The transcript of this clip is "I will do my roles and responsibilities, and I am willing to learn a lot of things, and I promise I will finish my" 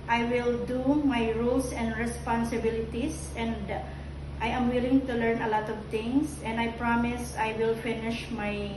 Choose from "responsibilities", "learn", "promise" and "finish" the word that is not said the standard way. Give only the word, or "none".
responsibilities